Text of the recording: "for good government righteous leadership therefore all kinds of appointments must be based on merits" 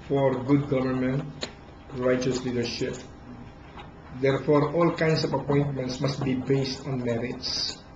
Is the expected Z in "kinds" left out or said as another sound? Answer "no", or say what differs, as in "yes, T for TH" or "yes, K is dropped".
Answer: yes, S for Z